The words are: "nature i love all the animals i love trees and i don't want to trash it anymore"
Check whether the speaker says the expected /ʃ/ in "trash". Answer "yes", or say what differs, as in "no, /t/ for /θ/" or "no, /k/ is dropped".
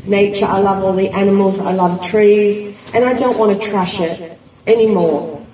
yes